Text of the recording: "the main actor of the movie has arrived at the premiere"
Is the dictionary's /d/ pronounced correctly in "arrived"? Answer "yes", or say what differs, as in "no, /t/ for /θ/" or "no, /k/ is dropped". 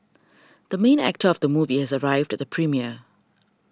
yes